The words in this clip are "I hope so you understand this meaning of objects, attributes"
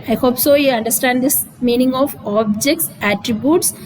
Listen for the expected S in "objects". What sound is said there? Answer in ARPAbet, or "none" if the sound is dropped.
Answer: S